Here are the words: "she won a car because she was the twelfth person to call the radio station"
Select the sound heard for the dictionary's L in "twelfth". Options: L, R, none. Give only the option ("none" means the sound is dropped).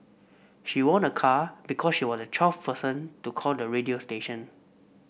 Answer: none